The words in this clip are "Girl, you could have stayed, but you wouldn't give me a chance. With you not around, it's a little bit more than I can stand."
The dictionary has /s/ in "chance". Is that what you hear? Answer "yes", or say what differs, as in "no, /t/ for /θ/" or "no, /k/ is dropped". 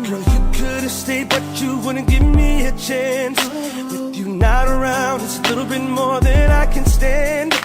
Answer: yes